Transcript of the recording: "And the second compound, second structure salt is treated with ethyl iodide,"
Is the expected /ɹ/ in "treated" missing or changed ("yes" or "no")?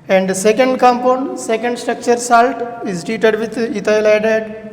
yes